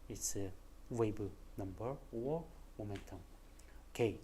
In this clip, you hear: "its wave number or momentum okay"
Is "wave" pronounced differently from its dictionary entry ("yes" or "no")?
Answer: yes